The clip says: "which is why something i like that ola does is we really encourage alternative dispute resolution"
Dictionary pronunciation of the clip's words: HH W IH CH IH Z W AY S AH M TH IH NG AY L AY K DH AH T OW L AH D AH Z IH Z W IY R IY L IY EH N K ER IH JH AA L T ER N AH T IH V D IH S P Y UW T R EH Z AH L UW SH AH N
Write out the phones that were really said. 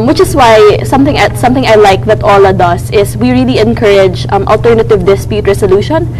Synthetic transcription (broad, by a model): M W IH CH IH S W AY S AH M TH IH NG AY L AY K DH AH T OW L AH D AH S IH S W IY R IY L IY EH N K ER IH JH AA L T ER N AH T IH V D IH S P Y UW T R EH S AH L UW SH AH N